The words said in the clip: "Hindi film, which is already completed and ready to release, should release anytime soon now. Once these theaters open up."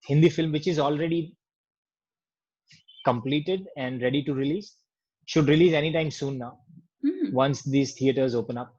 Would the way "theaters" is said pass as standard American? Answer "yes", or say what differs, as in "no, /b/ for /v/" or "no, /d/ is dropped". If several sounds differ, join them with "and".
no, /t/ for /θ/